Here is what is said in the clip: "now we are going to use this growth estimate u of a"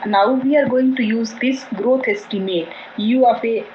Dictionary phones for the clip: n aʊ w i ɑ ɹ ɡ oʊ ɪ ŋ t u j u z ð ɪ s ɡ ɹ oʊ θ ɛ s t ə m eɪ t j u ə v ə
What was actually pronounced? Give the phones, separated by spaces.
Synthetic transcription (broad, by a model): n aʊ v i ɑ ɹ ɡ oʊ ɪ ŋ t u j u z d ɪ s ɡ ɹ oʊ t ɛ s t ə m eɪ t j u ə f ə